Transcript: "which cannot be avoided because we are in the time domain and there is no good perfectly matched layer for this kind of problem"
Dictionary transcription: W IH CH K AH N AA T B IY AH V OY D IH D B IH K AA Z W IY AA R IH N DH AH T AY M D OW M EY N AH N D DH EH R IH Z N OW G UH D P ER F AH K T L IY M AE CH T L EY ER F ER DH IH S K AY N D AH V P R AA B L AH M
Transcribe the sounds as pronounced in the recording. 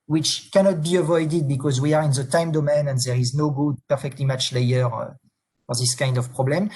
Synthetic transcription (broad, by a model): W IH CH K AH N AA T B IY AH V OY D IH D B IH K AA Z W IY AA R IH N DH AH T AY M D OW M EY N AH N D DH EH R IH Z N OW G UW D P ER F AH K T L IY M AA CH L EY ER F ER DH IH S K AY N D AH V P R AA B L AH M